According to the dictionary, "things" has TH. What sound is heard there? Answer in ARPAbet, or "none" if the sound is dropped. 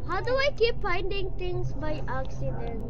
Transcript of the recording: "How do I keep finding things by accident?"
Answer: T